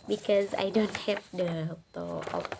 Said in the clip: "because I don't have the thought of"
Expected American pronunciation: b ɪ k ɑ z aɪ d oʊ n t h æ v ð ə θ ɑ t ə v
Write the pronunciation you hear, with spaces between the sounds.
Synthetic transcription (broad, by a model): b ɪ k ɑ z aɪ d oʊ n t h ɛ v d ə t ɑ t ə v